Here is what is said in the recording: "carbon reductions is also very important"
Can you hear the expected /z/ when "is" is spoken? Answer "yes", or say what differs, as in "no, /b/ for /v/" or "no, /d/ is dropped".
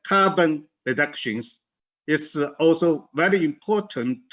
no, /s/ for /z/